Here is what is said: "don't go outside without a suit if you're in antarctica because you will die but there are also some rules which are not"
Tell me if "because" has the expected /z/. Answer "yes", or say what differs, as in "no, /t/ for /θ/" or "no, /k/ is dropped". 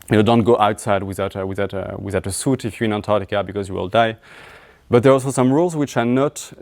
yes